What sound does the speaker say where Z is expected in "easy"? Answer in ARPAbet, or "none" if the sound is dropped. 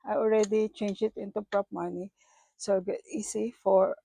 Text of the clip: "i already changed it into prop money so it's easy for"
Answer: S